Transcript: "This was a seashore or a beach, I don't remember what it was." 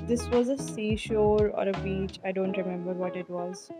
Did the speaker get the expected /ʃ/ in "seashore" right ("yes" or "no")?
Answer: yes